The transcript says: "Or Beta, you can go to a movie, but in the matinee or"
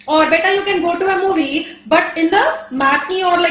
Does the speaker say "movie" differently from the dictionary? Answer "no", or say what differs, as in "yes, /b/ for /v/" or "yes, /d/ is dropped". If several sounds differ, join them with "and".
no